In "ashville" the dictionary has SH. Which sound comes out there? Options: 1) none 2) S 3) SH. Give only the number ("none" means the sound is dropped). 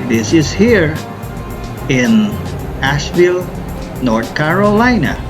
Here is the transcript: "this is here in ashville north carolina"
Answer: 3